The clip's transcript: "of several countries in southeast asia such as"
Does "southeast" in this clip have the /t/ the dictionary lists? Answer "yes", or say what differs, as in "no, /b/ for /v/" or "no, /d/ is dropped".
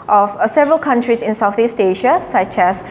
yes